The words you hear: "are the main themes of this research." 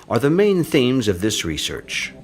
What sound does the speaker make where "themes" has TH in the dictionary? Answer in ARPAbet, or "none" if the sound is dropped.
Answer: TH